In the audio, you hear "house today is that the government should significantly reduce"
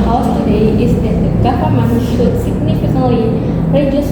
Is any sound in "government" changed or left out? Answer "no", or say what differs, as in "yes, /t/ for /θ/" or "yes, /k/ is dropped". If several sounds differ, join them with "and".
yes, /f/ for /v/